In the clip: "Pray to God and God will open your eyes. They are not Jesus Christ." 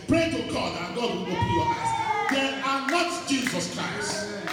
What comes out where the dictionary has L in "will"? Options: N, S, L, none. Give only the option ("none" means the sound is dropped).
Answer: N